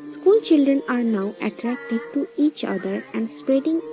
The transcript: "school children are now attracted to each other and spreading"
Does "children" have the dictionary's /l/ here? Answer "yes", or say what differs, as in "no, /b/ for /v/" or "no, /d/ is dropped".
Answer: yes